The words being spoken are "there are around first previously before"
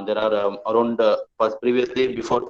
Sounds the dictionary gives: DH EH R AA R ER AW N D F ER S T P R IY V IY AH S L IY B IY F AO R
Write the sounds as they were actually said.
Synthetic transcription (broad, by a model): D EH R AA R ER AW N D P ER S P R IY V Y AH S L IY B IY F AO R